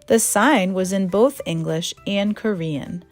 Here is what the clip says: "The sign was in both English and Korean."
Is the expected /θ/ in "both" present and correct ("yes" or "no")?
yes